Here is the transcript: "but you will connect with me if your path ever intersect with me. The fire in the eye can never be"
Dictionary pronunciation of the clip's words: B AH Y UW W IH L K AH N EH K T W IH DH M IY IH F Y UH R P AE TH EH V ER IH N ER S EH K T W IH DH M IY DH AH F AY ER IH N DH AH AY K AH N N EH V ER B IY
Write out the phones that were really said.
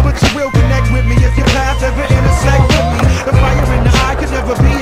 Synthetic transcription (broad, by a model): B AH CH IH W IH L K AH N EH K T W IH DH M IY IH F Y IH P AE S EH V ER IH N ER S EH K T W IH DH M IY DH AH F AY ER IH N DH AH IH K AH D N EH V ER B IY